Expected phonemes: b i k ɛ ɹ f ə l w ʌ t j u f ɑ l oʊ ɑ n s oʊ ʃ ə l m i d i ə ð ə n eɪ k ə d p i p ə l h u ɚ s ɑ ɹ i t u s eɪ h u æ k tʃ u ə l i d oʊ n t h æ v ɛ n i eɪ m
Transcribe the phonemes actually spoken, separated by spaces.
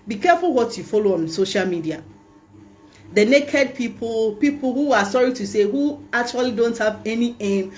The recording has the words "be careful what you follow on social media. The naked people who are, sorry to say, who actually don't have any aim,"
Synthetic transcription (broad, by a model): b i k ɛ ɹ f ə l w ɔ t j u f ɑ l oʊ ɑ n s oʊ ʃ ə l m i d i ə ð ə n eɪ k ə d p i p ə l h u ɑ s ɑ ɹ i t u s eɪ h u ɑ k tʃ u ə l i d oʊ n t h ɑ v ɛ n i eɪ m